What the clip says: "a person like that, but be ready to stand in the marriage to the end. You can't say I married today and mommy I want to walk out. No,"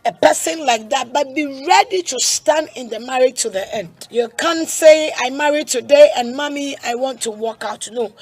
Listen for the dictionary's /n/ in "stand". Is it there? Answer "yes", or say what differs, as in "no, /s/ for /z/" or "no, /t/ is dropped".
yes